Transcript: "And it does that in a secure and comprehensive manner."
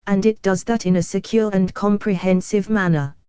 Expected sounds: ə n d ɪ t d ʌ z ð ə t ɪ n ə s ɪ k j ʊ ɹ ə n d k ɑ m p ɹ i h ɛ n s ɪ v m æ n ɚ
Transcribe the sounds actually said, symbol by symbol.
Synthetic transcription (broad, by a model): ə n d ɪ t d ʌ z ð ə t ɪ n ə s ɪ k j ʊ ɹ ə n k ɑ m p ɹ i h ɛ n s ɪ v m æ n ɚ